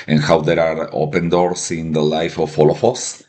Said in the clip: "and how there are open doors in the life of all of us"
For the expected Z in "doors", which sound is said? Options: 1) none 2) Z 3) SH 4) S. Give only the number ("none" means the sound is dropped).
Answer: 4